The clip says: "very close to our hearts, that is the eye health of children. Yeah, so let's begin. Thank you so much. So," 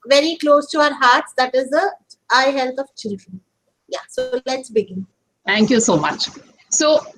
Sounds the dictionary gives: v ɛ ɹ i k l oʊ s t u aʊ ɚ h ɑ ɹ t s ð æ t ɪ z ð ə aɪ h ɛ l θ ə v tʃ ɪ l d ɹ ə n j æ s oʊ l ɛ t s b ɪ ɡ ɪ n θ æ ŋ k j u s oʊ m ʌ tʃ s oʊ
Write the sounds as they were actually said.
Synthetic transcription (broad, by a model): v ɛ ɹ i k l oʊ s t u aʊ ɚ h ɑ ɹ t s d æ t ɪ z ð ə aɪ h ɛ l t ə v tʃ ɪ l d ɹ ə n j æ s oʊ l ɛ t s b ɪ ɡ ɪ n t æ ŋ k j u s oʊ m ʌ tʃ s oʊ